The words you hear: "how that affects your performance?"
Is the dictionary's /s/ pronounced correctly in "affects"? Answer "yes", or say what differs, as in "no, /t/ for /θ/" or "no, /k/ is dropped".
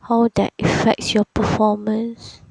yes